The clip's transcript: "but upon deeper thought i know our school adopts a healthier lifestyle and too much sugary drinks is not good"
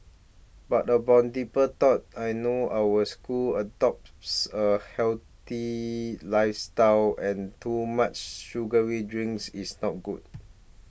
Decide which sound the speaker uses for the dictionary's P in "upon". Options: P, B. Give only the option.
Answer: B